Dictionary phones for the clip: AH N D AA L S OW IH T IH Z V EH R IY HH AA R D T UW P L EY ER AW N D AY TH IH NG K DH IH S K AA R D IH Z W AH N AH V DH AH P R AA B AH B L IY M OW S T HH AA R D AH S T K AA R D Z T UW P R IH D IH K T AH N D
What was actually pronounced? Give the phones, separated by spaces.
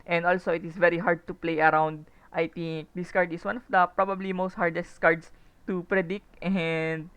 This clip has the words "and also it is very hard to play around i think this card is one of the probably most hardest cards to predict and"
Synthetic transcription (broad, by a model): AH N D AA L S OW IH T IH S V EH R IY HH AA R D T UW P L EY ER AW N D AY T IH NG K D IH S K AA R D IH S W AH N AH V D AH P R AA B AH B L IY M OW S T HH AA R D AH S T K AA R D S T UW P R IH D IH K T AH N D